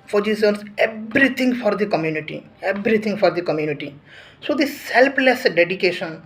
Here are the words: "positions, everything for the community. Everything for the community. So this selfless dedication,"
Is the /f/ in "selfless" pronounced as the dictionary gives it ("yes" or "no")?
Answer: no